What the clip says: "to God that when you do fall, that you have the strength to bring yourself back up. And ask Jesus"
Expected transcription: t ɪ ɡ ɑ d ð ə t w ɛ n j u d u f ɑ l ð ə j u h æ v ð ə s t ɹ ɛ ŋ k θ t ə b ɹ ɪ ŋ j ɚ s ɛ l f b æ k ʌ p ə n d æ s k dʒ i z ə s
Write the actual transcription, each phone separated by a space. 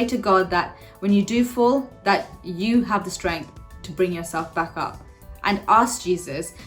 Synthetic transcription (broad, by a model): t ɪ ɡ ɑ d ð ə t w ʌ n j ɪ d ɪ f ɑ l ð ə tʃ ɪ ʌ v ð ə s t ɹ ɛ ŋ k θ t ə b ɹ ɪ ŋ j ɚ s ɛ l f b æ k ʌ p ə n æ s k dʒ i z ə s